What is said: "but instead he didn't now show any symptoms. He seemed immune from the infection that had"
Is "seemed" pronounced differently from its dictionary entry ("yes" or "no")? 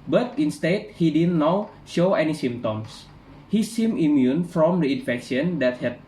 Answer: yes